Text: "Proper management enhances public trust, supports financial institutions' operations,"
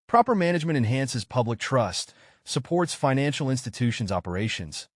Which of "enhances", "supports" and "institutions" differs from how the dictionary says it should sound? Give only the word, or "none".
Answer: none